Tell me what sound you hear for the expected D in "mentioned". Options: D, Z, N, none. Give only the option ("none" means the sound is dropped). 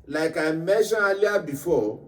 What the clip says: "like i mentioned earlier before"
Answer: none